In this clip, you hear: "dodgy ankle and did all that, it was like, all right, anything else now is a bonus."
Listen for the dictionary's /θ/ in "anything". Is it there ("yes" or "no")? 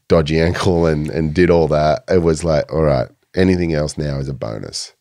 yes